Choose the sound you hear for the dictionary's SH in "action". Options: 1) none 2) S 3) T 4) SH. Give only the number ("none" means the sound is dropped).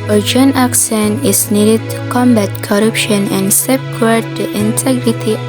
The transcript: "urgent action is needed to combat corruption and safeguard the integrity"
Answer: 2